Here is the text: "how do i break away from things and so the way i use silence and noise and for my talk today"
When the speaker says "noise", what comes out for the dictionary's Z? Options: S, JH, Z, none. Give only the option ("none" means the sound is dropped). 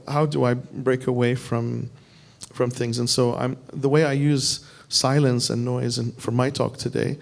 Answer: Z